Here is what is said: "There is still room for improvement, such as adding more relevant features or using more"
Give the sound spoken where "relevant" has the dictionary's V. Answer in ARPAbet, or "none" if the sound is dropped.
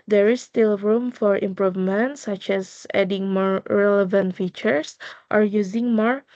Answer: V